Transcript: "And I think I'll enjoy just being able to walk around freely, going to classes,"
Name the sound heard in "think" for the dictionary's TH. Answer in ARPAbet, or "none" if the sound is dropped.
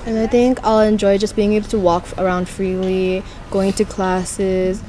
TH